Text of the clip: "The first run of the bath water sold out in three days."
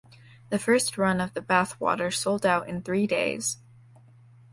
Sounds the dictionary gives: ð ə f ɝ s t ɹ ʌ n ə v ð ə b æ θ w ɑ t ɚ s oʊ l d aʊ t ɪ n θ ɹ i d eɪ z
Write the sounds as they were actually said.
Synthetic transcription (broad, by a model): ð ə f ɝ s t ɹ ʌ n ə v ð ə b æ θ w ɑ t ɚ s oʊ l d aʊ t ɪ n θ ɹ i d eɪ z